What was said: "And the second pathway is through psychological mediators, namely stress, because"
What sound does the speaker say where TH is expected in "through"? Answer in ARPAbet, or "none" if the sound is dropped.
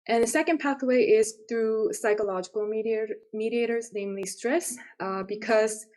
TH